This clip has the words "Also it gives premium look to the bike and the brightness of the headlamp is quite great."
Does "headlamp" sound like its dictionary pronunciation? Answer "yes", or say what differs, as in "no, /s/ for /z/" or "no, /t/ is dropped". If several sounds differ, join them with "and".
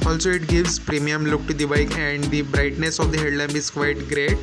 no, /b/ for /p/